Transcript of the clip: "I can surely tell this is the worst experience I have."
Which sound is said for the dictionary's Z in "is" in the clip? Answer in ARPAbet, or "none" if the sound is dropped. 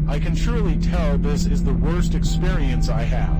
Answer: Z